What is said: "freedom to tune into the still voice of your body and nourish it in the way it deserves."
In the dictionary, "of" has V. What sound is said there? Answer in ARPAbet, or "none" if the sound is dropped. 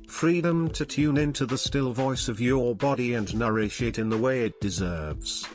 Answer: V